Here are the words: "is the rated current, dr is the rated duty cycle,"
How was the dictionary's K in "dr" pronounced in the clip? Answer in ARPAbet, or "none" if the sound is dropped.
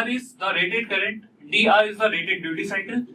none